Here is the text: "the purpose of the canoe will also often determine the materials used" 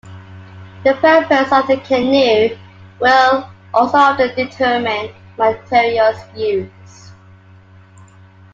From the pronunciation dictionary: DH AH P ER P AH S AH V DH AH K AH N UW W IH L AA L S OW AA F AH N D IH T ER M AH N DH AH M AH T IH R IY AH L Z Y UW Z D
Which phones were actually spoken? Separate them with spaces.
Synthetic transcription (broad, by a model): DH AH P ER P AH S AH V DH AH K AH N UW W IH L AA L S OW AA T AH D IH T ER M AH N M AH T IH R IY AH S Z Y UW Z